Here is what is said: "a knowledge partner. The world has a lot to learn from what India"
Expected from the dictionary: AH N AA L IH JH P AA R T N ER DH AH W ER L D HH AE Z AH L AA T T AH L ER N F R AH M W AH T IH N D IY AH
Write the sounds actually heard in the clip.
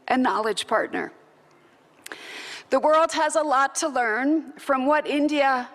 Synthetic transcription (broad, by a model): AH N AA L IH JH P AA R T N ER DH AH W ER L D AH Z AH L AA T T AH L ER N F R AH M W AH T IH N D IY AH